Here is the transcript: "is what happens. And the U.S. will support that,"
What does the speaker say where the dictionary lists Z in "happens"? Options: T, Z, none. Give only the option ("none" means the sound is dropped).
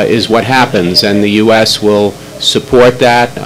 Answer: Z